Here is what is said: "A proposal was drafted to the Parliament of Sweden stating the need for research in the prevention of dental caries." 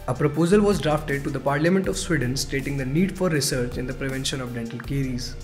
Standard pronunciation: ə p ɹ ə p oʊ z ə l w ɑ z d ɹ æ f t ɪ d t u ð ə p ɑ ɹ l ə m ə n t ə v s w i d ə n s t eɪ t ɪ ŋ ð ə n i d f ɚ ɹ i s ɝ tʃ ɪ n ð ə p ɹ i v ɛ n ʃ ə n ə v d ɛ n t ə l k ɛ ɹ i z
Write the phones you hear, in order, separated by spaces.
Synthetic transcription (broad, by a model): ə p ɹ ə p oʊ z ə l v ɑ z d ɹ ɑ f t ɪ d t u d ə p ɑ ɹ l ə m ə n t ə v s w i d ə n s t eɪ t ɪ ŋ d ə n i d f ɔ ɹ i s ɝ tʃ ɪ n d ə p ɹ i v ɛ n ʃ ə n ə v d ɛ n t ə l k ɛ ɹ i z